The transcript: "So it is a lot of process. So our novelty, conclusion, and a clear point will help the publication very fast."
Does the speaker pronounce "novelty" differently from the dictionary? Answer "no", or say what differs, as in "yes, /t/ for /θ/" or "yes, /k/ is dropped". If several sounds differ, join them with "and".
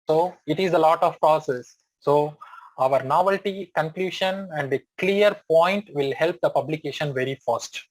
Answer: no